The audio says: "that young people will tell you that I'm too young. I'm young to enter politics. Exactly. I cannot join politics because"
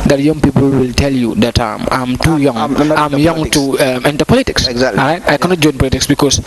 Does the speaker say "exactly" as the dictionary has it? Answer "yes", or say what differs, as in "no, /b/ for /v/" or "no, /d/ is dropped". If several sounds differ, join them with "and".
no, /k/ is dropped